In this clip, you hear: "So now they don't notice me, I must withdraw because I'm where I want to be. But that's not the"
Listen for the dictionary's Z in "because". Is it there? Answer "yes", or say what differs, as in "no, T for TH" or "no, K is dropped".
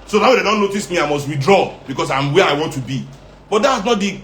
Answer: no, S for Z